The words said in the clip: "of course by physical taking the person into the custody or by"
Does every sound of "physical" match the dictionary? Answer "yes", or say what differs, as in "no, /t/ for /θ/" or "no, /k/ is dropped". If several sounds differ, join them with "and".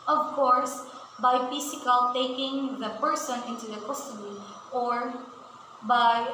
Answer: no, /s/ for /z/